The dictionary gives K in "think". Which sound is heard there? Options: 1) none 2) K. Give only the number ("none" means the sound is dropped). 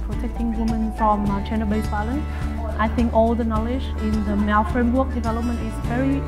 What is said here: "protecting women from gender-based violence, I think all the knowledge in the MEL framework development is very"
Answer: 2